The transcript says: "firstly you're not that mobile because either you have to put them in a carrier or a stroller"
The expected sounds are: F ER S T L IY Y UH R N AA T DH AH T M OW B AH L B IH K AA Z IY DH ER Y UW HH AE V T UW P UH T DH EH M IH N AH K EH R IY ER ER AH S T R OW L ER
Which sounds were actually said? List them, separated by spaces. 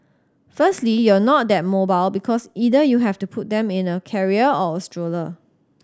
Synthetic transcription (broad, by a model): F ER S T L IY Y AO N AA T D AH T M OW B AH L B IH K AA S IY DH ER Y UW HH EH F T UW P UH T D EH M IH N AH K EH R IY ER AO AH S T R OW L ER